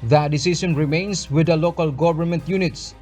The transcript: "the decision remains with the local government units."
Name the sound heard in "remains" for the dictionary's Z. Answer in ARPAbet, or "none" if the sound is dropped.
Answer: S